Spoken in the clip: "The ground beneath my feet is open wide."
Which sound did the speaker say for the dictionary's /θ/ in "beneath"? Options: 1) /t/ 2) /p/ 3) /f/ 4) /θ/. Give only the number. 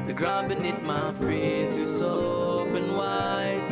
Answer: 1